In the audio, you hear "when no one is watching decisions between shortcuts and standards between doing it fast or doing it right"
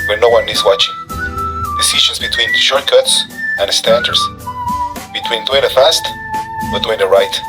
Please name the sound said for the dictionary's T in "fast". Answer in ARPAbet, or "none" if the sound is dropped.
T